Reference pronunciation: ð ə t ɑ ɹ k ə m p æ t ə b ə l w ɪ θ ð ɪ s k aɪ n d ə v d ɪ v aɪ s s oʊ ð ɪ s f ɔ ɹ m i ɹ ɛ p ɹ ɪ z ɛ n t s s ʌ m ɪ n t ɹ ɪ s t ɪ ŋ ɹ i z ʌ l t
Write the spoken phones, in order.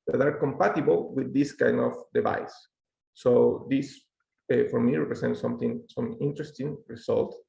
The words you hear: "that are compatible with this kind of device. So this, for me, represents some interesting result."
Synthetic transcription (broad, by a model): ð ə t ɑ ɹ k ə m p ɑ t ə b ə l w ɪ ð ɪ s k aɪ n d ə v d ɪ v aɪ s s oʊ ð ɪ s f ɔ ɹ m i ɹ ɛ p ɹ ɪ s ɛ n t s s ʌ m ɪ n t ɹ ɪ s t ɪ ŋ ɹ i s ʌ l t